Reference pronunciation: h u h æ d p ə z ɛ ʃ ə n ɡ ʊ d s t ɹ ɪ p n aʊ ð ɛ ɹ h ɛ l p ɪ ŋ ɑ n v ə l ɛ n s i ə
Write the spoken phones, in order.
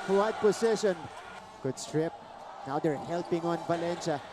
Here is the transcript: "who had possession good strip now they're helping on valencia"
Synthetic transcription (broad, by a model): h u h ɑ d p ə s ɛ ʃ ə n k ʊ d s t ɹ ɪ p n aʊ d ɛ ɹ h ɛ l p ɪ ŋ ɑ n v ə l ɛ n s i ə